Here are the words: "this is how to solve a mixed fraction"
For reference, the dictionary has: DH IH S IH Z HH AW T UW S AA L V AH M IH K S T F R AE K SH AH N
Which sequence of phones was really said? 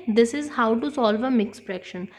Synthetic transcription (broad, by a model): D IH S IH Z HH AW T UW S AA L V AH M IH K S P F R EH K SH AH N